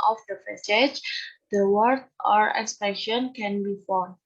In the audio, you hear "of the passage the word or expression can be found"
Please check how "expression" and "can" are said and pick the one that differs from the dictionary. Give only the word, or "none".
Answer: expression